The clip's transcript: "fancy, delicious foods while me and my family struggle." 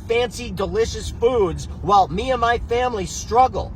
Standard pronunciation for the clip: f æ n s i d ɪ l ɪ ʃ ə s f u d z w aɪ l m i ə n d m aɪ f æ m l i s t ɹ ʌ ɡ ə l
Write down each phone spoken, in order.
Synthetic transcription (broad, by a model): f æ n s i d ɪ l ɪ ʃ ə s f u d z w aɪ l m i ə n m aɪ f æ m l i s t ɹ ʌ ɡ l